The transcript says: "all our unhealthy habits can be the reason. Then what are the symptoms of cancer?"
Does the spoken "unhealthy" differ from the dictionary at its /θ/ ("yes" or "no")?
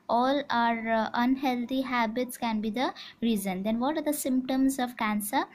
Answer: yes